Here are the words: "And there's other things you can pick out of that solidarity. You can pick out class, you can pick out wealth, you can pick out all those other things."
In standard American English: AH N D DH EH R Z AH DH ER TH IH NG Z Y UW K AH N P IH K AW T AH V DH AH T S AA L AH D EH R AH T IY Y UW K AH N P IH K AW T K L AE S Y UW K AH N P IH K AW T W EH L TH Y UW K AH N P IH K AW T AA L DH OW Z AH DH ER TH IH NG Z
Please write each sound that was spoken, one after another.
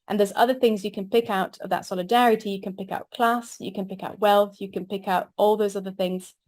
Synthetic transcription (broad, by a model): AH N DH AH R Z AH DH ER TH IH NG Z Y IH K AH N P IH K AW T AH V DH AH T S AA L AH D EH R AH T IY Y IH K AH N P IH K AW T K L AE S Y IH K AH N P IH K AW T W EH L TH Y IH K AH N P IH K AW T AA L DH OW Z AH DH ER TH IH NG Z